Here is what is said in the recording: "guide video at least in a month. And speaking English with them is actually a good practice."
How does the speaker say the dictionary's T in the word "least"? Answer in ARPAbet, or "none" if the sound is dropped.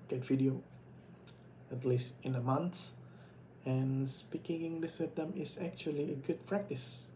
T